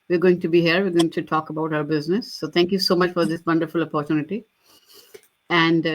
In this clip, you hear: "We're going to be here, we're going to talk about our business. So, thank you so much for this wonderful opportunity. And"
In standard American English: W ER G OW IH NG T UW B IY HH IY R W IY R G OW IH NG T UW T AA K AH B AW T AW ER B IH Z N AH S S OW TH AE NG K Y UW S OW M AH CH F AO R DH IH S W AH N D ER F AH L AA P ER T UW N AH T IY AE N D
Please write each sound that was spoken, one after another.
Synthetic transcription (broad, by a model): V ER G OW IH NG T UW B IY HH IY R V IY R G OW IH NG T UW T AA K AH B AW T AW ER B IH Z N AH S S OW T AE NG K Y UW S OW M AH CH F AO R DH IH S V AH N D ER F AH L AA P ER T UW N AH T IY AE N D